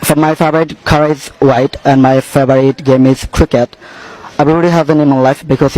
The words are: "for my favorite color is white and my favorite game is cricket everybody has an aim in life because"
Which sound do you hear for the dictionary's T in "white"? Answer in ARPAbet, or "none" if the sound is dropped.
T